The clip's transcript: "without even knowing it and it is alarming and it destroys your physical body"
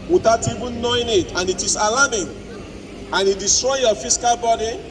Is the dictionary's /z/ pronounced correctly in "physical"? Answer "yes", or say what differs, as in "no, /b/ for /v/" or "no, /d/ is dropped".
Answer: no, /s/ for /z/